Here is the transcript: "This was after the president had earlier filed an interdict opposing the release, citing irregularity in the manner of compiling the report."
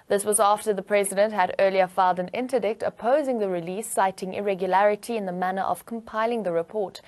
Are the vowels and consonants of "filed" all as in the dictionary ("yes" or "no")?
yes